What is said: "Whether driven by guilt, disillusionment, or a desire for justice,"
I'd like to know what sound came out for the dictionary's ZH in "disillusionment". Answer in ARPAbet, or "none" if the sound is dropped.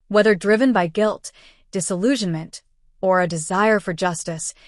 ZH